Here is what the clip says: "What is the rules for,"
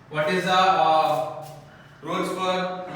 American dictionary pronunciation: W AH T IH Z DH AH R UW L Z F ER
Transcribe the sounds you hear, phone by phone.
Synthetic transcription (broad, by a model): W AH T IH Z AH R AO Z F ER